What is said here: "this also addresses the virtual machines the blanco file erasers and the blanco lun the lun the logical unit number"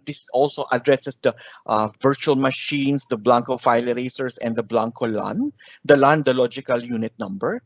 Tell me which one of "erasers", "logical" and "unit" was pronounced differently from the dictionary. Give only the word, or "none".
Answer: erasers